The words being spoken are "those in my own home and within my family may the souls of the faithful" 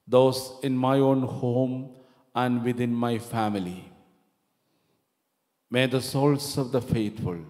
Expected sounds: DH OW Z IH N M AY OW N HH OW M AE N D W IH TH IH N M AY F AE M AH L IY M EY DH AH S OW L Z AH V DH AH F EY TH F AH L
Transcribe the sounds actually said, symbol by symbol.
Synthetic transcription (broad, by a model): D OW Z IH N M AY OW N HH OW M AE N D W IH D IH N M AY F AE M AH L IY M EY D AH S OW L S AH V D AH F EY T F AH L